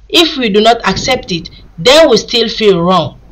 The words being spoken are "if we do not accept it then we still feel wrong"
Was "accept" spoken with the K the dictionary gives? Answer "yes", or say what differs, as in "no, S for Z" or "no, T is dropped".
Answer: yes